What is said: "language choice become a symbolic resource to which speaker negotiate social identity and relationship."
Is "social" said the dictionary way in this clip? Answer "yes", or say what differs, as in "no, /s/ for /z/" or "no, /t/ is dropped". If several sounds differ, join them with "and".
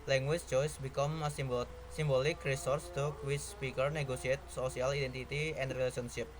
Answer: no, /s/ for /ʃ/